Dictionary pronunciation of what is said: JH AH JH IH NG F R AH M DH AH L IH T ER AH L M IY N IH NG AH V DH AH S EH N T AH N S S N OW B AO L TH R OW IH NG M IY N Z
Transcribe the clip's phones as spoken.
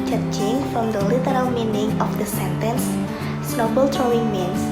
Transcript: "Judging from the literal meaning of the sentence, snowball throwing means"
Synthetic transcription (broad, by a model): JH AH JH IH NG F R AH M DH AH L IH T ER AH L M IY N IH NG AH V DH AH S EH N T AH N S S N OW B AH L T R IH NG M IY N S